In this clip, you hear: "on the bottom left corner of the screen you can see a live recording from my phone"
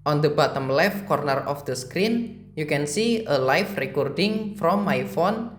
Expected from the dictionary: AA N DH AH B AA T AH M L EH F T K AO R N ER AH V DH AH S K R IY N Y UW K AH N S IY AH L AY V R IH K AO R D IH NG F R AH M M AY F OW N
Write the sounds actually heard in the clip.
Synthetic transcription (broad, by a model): AA N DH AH B AA T AH M L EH F K AO R N ER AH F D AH S K R IY N Y UW K AH N S IY AH L AY F R IH K AO R D IH NG F R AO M M AY F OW N